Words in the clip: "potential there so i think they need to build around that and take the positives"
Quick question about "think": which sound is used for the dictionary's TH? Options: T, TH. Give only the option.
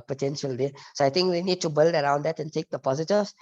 T